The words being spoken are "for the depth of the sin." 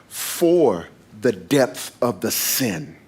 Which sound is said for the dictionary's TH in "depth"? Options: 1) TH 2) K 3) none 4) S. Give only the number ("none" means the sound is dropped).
1